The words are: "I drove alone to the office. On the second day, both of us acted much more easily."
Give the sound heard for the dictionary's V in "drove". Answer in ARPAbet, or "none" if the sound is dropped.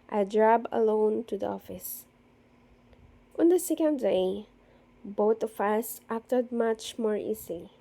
B